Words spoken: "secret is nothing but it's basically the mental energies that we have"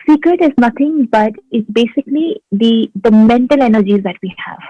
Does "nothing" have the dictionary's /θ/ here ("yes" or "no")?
no